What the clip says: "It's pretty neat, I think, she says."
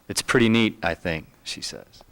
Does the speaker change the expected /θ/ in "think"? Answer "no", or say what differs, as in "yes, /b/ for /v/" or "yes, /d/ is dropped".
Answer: no